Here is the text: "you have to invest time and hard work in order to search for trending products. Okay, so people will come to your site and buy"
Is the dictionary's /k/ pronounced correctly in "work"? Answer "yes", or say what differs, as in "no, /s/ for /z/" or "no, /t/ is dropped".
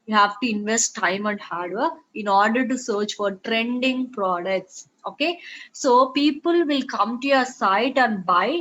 no, /k/ is dropped